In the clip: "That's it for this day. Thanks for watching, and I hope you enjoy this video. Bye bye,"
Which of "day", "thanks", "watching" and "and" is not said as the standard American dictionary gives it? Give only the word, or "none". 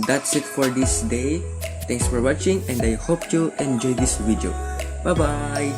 thanks